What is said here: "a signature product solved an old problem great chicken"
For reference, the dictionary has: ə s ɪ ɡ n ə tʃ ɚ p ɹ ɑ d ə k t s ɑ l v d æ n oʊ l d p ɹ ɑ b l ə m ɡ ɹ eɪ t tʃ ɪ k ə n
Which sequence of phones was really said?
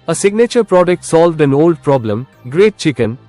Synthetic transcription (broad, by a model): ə s ɪ ɡ n ə tʃ ɚ p ɹ ɑ d ə k t s ɑ l v d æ n oʊ l d p ɹ ɑ b l ə m ɡ ɹ eɪ t tʃ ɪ k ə n